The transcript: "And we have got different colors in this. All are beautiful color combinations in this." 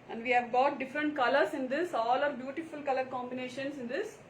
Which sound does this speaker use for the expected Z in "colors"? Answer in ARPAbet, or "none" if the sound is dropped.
S